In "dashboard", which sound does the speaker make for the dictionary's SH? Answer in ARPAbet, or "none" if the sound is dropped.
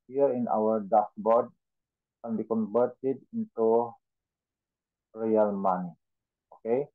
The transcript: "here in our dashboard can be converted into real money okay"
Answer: S